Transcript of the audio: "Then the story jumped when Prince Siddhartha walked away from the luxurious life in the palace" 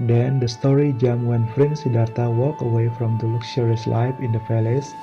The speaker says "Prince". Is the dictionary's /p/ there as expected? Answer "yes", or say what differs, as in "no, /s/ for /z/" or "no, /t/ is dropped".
no, /f/ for /p/